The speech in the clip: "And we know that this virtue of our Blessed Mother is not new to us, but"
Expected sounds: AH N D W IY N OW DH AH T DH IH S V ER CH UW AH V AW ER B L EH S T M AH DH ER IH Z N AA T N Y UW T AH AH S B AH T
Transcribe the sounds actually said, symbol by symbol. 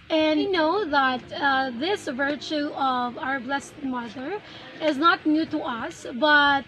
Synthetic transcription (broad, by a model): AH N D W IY N OW DH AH T DH IH S V ER CH UW AH V AW ER B L EH S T M AH DH ER IH Z N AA T N Y UW T AH AH S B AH T